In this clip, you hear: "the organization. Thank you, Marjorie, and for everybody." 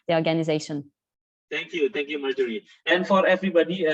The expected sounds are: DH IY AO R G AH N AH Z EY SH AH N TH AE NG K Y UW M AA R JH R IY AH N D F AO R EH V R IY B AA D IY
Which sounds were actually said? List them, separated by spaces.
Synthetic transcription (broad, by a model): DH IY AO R G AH N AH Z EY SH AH N T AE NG K Y UW M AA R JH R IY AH N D F AO R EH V R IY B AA D IY